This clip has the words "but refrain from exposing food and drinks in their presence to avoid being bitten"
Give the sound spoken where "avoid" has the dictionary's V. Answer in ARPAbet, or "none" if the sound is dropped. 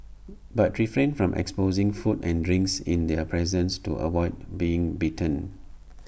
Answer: W